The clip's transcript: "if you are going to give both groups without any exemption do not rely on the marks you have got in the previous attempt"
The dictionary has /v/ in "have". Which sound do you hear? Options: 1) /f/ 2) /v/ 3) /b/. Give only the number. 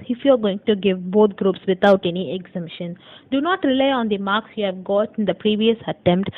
2